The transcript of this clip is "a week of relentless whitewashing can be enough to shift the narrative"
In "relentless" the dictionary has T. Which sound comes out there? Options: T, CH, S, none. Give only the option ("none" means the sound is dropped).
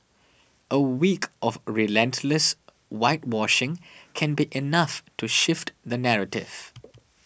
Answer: T